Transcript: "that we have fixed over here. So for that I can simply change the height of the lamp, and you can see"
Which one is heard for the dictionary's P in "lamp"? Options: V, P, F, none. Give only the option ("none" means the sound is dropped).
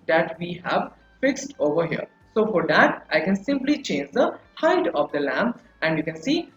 none